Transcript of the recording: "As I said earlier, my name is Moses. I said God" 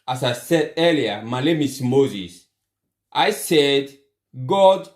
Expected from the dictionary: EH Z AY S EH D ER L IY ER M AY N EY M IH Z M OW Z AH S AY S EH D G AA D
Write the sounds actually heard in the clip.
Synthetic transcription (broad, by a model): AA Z AY S EH D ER L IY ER M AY L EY M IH S M OW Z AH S AY S EH D G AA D